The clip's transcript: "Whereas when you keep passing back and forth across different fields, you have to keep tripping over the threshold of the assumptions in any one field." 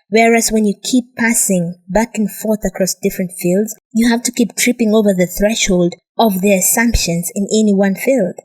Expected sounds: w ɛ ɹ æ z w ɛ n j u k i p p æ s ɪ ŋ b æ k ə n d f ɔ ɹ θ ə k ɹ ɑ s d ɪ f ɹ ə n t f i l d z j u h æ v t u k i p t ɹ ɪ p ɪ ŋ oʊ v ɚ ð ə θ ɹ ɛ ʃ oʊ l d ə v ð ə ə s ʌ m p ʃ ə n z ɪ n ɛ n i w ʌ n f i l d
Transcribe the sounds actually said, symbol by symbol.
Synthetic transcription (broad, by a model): w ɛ ɹ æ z w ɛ n j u k i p p æ s ɪ ŋ b æ k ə n f ɔ ɹ θ ə k ɹ ɑ s d ɪ f ɹ ə n t f i l d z j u h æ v t u k i p t ɹ ɪ p ɪ ŋ oʊ v ɚ ð ə θ ɹ ɛ ʃ oʊ l d ə v ð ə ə s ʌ m p ʃ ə n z ɪ n ɛ n i w ʌ n f i l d